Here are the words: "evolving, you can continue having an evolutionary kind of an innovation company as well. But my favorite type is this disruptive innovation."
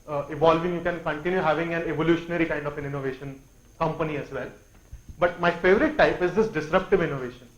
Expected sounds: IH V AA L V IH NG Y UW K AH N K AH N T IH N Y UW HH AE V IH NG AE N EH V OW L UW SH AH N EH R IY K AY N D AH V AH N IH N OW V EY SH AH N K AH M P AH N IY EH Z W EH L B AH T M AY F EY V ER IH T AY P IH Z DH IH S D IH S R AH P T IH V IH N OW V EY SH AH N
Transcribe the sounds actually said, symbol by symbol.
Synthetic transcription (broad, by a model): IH V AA L V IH NG Y UW K AH N K AH N T IH N Y UW HH AE V IH NG AE N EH V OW L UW SH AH N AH R IY K AY N D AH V AH N IH N OW V EY SH AH N K AH M P AH N IY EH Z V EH L B AH T M AY F EY V ER IH T AY P IH Z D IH S D IH S R AH P T IH V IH N OW V EY SH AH N